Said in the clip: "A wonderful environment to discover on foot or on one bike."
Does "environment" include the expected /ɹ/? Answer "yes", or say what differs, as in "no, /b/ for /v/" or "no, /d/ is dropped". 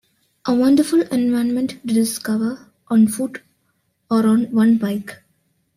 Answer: no, /ɹ/ is dropped